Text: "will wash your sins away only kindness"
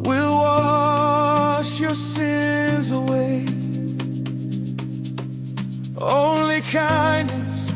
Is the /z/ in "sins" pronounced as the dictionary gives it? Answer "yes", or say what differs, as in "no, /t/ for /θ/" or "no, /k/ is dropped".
yes